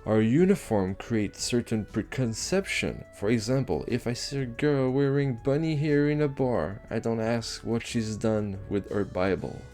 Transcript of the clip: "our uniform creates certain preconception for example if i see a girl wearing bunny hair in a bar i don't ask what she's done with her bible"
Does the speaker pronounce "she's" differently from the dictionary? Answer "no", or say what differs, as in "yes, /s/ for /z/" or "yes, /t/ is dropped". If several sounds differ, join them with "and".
no